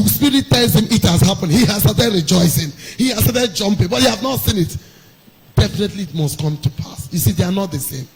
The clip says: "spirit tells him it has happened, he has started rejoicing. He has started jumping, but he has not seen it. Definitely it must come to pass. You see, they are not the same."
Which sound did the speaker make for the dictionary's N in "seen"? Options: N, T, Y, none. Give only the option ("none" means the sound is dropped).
N